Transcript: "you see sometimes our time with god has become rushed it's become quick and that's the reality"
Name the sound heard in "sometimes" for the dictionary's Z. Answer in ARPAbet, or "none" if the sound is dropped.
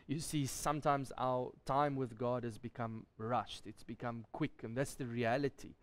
Z